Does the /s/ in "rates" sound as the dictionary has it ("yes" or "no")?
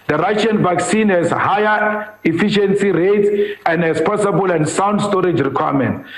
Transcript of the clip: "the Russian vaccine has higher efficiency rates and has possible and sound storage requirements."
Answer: no